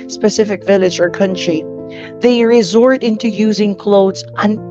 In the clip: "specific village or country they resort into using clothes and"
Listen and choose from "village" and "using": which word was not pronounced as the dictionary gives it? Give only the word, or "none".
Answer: none